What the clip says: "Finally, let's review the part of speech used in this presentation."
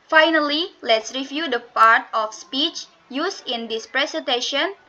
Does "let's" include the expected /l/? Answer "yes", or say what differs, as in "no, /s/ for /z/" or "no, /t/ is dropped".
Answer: yes